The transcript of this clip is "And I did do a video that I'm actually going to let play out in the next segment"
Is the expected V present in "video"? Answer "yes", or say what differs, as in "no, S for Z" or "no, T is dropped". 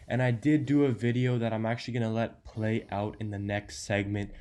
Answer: yes